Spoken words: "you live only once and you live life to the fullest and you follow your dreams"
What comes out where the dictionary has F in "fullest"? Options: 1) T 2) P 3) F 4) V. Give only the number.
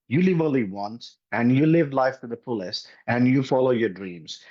2